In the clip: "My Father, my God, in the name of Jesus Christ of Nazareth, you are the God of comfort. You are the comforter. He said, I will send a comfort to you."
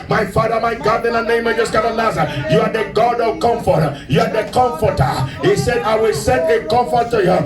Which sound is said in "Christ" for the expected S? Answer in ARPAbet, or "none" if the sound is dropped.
none